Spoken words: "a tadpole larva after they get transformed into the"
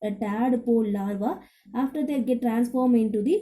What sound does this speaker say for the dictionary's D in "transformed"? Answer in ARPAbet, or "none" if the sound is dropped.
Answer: none